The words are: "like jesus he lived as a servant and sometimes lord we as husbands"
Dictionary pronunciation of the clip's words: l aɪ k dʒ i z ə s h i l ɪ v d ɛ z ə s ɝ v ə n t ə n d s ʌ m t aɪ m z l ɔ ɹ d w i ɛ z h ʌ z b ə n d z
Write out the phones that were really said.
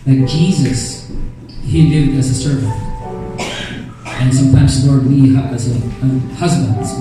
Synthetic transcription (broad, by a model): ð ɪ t dʒ i z ə s h i l ɪ v d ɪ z ə s ɝ v ə n t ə n s ʌ m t aɪ m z l ɔ ɹ d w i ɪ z h ʌ z b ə n d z